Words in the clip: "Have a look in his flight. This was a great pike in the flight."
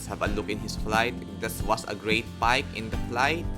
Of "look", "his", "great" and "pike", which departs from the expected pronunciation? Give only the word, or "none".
his